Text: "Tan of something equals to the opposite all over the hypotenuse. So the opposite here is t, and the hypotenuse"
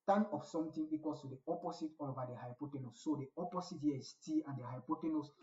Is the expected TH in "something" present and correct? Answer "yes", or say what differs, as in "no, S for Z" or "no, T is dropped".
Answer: no, T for TH